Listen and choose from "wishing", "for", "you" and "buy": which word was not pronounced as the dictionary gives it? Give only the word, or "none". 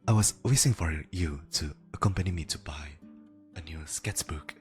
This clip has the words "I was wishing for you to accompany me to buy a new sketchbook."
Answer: wishing